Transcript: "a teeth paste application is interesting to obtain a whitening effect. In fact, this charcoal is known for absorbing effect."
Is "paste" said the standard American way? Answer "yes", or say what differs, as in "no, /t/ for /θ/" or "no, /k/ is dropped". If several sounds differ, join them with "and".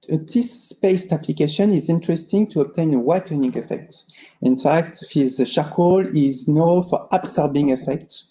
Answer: yes